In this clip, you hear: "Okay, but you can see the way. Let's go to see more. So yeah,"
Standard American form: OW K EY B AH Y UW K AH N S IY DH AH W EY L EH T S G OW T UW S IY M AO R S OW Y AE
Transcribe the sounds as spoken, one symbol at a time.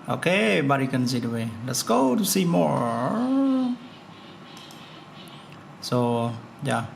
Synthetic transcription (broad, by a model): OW K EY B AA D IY K AH N S IY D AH W EY L EH T S G OW T UW S IY M AO R S OW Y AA